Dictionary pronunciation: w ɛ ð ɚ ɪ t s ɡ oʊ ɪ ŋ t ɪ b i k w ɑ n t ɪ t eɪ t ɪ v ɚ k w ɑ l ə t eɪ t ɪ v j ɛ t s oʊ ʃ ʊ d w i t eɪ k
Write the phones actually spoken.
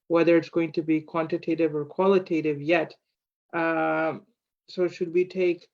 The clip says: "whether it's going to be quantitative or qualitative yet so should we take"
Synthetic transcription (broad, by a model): w ɛ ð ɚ ɪ t s ɡ oʊ ɪ ŋ t ɪ b i k w ɑ n t ɪ t eɪ t ɪ v ɚ k w ɑ l ə t eɪ t ɪ v j ɛ t s oʊ ʃ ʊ d w i t eɪ k